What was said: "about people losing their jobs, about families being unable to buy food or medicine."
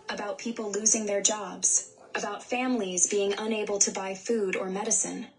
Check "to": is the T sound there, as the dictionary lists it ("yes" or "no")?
yes